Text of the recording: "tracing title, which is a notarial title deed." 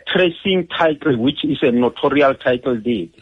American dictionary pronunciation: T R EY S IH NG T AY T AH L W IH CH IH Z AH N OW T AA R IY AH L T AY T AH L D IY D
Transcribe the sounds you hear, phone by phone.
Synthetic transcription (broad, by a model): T R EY S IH NG T AY T AH L W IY CH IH S AH N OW T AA R IY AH L T AY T L D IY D